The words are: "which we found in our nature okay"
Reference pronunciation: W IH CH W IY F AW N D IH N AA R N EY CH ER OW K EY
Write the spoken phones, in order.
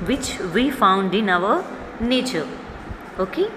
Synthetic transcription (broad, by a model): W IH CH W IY F AW N D IH N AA W N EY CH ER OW K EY